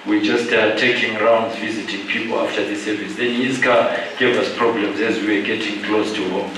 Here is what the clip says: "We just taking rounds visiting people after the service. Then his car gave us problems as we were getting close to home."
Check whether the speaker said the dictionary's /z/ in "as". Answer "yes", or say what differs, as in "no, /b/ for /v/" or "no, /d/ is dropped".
yes